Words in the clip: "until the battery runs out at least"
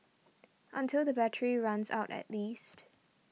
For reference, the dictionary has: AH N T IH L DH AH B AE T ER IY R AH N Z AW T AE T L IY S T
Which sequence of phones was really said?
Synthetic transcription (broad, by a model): AH N T IH L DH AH B AE T ER IY R AH N Z AW T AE T L IY S T